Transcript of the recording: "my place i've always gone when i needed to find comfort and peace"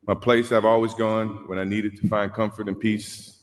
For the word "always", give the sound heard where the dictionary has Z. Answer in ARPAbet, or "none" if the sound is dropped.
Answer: Z